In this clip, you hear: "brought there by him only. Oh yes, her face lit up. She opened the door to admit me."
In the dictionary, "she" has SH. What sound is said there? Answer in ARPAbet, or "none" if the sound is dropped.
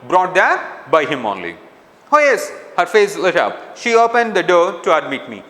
SH